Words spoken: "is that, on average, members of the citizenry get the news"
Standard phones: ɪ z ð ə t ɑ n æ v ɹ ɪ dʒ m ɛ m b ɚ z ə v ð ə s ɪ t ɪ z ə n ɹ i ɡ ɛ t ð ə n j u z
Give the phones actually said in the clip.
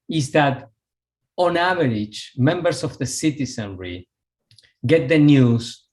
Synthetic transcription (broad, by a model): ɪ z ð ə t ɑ n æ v ɹ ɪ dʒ m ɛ m b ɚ s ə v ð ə s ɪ t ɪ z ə n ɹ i ɡ ɛ t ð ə n j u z